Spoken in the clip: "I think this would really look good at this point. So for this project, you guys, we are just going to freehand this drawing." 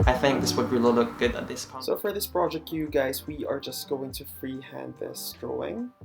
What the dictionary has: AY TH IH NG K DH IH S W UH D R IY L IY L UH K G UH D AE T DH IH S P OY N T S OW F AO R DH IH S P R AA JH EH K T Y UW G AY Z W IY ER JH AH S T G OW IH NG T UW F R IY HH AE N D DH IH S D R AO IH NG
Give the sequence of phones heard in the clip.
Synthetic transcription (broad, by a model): AY TH IH NG K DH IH S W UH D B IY IY L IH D G UH D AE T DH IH S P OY S OW F AO R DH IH S P R AA JH EH K T Y UW G AY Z W IY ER JH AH S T G OW IH NG T UW F R IY HH AE N D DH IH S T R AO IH NG